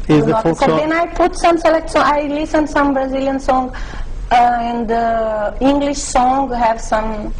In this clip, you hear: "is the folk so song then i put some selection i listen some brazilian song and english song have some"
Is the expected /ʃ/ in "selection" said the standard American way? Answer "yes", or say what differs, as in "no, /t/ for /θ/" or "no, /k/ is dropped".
no, /s/ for /ʃ/